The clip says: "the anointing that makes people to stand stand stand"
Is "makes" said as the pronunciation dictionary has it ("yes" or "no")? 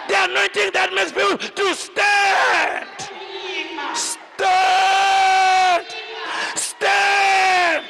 no